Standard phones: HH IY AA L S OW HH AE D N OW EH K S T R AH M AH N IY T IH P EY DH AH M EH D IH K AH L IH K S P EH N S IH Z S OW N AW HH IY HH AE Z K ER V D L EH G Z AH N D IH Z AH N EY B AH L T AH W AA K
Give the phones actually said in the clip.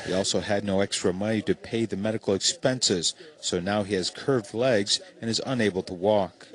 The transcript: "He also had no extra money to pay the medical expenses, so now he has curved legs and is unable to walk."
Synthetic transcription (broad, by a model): HH IY AA L S OW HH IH D N OW EH K S T R AH M AH N IY T IH P EY DH AH M EH D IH K L IH K S P EH N S IH Z S OW N AW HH IY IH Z K ER V D L EH G Z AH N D IH Z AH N EY B L T AH W AA K